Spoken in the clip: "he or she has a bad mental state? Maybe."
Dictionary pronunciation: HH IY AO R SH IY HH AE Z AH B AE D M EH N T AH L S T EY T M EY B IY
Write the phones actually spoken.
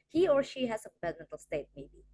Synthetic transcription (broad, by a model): HH IY AO R SH IY HH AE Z AH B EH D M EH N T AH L S T EY T M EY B IY